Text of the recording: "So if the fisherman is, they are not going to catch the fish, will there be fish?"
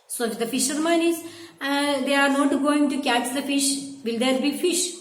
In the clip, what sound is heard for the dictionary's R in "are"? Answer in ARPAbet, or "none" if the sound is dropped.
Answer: R